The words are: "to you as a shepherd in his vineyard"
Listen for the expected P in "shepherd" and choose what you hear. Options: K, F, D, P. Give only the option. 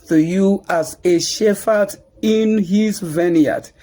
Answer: F